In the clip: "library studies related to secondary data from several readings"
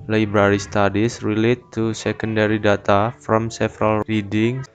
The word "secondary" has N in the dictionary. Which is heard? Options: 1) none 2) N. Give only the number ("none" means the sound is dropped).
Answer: 2